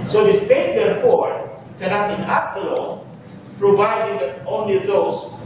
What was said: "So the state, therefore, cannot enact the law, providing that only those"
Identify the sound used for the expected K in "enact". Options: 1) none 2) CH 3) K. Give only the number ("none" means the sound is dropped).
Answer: 1